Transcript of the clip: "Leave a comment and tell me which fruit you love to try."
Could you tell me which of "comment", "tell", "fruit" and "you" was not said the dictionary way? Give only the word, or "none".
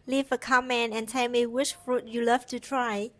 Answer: comment